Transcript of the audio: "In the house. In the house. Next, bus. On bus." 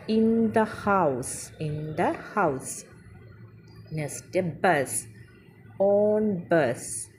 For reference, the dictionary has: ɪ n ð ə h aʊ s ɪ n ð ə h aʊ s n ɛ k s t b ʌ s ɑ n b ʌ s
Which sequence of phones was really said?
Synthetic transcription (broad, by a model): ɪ n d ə h aʊ s ɪ n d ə h aʊ s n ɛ s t b ʌ s ɑ n b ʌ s